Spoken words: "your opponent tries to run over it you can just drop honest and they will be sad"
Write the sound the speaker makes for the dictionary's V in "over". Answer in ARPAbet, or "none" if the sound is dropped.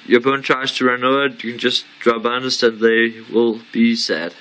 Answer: none